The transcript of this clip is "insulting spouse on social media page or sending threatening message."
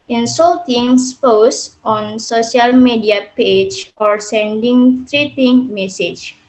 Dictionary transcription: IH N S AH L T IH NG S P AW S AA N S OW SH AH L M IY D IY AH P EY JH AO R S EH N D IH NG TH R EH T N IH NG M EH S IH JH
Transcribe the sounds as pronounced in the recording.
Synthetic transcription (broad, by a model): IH N S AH L T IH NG S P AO S AA N S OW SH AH L M IY D IY AH P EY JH AO R S EH N D IH NG T R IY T IH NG M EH S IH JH